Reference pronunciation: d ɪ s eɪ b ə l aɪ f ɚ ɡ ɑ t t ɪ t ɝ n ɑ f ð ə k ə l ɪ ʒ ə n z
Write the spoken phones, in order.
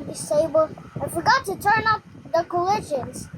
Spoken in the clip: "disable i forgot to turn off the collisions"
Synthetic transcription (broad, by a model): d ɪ s eɪ b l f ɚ ɡ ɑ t t ɪ t ɝ n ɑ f ð ə k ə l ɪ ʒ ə n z